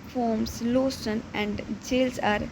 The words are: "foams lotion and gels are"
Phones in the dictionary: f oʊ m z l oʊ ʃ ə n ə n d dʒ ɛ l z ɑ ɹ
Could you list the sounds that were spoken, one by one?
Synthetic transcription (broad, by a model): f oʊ m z l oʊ s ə n ə n d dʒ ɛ l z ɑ ɹ